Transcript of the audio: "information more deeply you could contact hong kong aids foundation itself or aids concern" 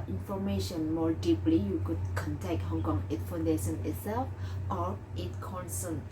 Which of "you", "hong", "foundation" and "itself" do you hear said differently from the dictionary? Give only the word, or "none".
none